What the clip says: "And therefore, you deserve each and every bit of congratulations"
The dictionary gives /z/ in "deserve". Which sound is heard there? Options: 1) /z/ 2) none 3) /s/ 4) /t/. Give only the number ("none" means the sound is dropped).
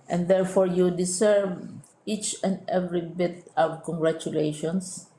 3